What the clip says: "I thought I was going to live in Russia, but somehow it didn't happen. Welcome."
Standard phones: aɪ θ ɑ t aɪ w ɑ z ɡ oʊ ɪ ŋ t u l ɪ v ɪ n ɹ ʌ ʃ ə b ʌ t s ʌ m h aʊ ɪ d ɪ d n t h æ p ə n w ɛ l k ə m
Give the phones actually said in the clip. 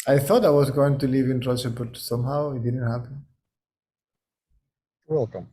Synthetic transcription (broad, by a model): aɪ θ ɑ t aɪ w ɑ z ɡ oʊ ɪ ŋ t u l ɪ v ɪ n ɹ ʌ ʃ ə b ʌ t s ʌ m h aʊ ɪ d ɪ d n t h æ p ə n w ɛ l k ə m